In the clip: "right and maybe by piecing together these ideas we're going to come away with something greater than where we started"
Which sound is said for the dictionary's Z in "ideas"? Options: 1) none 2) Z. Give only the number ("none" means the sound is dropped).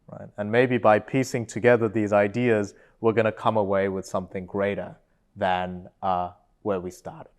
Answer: 2